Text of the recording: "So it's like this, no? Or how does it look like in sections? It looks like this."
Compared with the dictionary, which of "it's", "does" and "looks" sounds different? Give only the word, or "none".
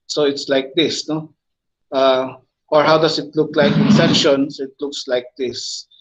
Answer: does